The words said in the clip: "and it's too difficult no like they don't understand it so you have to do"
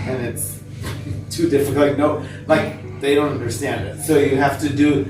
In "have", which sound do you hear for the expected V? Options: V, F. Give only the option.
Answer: F